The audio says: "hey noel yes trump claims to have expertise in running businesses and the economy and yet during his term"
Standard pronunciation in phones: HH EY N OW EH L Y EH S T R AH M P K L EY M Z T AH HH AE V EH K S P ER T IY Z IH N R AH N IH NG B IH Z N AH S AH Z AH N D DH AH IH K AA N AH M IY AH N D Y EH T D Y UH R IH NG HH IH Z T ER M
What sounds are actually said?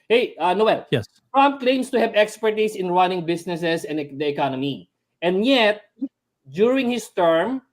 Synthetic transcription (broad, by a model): HH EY N OW EH L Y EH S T R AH M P K L EY M S T AH HH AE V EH K S P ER T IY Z IH N R AH N IH NG B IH S N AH S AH S AH N D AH IH K AA N AH M IY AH N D Y EH T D Y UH R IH NG HH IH S T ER M